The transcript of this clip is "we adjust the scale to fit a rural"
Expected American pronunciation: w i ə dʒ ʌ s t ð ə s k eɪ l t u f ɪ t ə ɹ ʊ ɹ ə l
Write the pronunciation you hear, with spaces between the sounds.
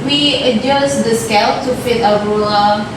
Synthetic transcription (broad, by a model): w i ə dʒ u s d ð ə s k eɪ l t u f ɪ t ə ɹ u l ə